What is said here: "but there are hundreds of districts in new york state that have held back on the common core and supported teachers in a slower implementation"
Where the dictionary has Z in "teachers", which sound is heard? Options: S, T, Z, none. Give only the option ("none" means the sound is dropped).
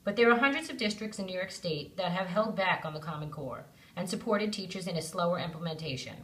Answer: Z